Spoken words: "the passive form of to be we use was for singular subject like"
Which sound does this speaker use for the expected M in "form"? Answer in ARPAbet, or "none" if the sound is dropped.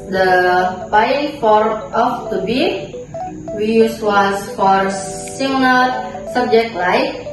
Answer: none